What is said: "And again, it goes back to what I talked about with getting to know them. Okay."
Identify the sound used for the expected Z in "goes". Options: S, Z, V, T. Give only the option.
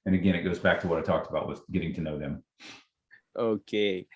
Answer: Z